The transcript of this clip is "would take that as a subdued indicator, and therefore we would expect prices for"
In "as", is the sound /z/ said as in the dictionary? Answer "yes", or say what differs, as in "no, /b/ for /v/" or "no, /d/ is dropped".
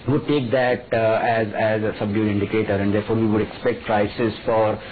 yes